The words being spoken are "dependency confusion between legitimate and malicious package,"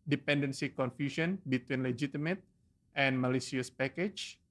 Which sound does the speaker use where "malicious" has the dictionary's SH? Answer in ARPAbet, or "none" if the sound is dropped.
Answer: S